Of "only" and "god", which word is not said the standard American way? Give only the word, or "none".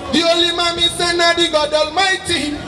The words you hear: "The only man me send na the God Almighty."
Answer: only